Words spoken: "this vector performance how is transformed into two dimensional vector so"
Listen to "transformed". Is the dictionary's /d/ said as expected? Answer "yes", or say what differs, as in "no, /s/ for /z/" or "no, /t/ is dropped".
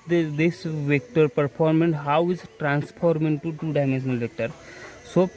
no, /d/ is dropped